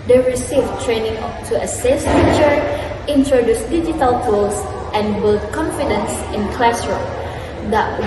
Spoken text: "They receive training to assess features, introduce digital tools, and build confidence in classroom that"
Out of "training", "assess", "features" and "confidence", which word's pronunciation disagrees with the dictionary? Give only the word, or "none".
features